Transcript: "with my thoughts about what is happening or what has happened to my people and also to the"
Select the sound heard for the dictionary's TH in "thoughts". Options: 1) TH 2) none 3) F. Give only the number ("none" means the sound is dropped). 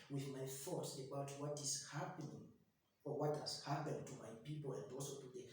3